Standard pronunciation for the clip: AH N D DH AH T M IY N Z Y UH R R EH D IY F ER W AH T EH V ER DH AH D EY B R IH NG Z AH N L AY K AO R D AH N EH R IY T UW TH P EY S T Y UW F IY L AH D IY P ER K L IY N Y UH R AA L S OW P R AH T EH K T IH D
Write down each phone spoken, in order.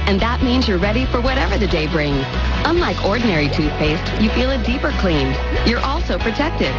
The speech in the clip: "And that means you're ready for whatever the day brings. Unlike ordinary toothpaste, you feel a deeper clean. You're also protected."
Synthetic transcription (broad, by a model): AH N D DH AH T M IY N Z Y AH R R EH D IY F ER W AH T EH V ER DH AH D EY B R IH NG Z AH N L AY K AO R D N EH R IY T UW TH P EY S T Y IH F IY L AH D IY P ER K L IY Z Y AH R AA L S OW P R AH T EH K T IH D